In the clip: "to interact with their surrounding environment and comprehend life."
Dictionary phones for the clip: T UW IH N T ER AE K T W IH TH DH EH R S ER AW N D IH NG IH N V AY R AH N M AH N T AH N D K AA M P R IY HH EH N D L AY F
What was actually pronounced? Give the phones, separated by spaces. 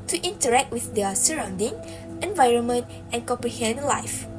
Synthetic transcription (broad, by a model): T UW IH N T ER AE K T W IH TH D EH S ER AW N D IH NG IH N V AY R AH N M AH N T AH N K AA M P R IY HH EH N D L AY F